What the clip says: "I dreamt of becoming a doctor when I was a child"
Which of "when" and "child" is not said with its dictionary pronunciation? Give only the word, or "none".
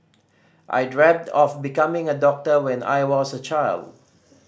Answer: none